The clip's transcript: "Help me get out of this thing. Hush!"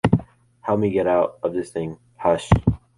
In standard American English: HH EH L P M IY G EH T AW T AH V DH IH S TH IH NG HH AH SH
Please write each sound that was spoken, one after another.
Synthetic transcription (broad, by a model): HH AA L M IY G EH T AW T AH V DH IH S TH IH NG HH AH SH